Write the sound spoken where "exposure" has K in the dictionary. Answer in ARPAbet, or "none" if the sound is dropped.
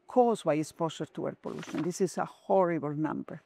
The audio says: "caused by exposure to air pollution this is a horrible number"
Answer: none